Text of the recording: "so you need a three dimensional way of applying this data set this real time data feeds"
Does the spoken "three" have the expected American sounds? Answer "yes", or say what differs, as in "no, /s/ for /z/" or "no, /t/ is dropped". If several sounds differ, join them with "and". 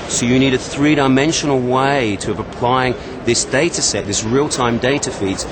yes